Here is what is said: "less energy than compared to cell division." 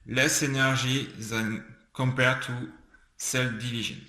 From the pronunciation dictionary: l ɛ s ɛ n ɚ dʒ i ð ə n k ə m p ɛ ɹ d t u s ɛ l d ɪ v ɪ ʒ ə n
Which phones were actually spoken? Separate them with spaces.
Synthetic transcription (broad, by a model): l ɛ s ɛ n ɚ ʒ i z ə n k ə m p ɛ ɹ t u s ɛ l d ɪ v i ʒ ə n